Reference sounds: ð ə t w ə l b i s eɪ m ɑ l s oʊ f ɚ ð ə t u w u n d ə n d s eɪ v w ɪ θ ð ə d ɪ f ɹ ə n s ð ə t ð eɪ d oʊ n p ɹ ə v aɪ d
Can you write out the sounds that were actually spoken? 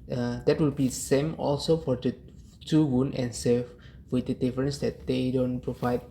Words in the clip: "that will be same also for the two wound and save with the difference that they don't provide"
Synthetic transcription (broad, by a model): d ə t w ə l b i s eɪ m ɑ l s oʊ f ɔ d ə t u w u n ə n s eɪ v w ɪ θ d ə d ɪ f ɹ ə n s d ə t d eɪ d oʊ n p ɹ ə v aɪ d